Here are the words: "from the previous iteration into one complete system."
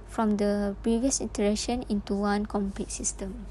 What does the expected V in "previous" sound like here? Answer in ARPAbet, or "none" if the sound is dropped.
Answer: V